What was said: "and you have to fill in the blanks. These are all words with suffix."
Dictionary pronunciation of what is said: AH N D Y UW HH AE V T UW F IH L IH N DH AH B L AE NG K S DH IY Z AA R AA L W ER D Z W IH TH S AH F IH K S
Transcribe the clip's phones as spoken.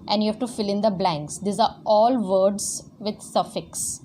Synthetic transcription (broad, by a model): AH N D Y UW HH AE V T UW F IH L IH N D AH B L AE NG K S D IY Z AA R AA L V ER D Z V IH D S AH F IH K S